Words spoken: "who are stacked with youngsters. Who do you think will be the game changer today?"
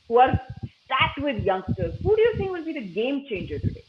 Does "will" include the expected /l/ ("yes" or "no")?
no